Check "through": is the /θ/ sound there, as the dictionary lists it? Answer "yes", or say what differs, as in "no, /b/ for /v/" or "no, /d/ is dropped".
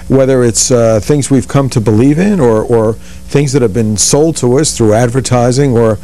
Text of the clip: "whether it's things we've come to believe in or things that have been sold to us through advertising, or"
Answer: yes